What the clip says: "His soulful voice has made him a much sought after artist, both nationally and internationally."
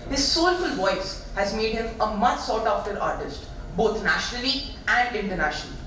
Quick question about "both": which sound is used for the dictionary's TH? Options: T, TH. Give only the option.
T